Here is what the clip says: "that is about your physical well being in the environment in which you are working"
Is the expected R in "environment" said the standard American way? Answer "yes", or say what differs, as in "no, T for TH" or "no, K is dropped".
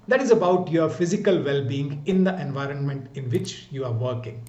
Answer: yes